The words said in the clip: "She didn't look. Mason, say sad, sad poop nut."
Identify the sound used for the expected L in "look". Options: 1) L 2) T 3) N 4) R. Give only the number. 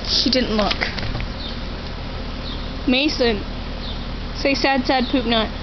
1